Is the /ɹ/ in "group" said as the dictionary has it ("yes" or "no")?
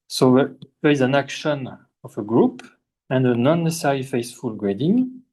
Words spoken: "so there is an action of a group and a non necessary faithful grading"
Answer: yes